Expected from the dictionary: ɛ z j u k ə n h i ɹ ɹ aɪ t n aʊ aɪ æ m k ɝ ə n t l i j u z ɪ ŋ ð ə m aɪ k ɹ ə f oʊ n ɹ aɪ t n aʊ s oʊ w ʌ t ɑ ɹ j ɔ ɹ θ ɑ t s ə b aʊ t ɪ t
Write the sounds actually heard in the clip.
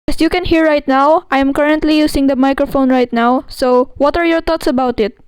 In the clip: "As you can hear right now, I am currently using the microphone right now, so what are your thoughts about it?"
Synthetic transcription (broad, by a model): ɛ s j u k ə n h i ɹ ɹ aɪ t n aʊ aɪ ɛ m k ɝ ə n t l i j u s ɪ ŋ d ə m aɪ k ɹ ə f oʊ n ɹ aɪ t n aʊ s oʊ w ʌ t ɑ ɹ j ɔ ɹ t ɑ t s ə b aʊ t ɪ t